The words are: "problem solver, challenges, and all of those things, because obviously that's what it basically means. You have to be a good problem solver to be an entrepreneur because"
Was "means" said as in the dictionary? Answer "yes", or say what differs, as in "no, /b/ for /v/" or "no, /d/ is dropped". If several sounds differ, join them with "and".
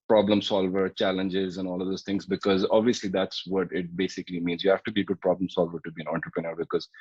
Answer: yes